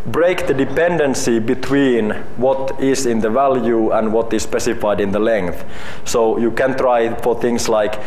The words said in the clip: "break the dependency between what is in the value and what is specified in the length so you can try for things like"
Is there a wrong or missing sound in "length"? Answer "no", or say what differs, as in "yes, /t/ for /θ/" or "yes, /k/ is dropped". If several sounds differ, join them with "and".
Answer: no